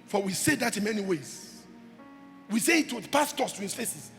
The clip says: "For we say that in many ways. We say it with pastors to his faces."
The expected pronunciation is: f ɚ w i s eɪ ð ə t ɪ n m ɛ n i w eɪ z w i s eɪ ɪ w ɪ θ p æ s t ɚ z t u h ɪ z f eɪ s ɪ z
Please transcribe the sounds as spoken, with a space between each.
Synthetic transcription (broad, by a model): f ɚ w i s eɪ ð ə t ɪ n m ɛ n i w eɪ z w i s eɪ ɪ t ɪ p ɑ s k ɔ s t u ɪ s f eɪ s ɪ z